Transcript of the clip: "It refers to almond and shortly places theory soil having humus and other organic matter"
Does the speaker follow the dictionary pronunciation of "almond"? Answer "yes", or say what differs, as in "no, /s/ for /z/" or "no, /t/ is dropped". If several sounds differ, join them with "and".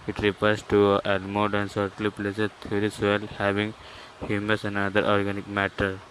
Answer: no, /l/ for /n/